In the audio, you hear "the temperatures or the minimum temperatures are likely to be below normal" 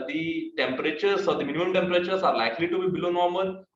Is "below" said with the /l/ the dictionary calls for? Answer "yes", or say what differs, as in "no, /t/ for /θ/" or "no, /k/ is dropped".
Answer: yes